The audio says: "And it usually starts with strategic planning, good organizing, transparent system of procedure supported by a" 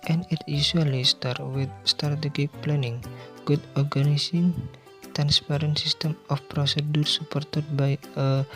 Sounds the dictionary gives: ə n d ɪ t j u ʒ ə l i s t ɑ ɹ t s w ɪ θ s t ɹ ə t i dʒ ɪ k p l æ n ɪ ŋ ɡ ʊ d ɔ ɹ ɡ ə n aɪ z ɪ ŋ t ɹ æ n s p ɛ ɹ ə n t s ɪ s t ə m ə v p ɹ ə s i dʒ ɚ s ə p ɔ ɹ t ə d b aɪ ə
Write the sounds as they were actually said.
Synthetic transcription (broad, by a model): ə n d ɪ t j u s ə l i s t ɑ ɹ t w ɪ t s t ə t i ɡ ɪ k p l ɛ n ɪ ŋ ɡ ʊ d ɔ ɹ ɡ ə n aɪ s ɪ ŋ t ɹ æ n s p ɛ ɹ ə n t s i s t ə m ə f p ɹ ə s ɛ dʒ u s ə p ɔ ɹ t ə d b aɪ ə